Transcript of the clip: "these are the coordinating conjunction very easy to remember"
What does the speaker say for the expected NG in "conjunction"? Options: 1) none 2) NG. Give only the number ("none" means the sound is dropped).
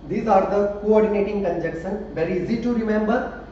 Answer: 1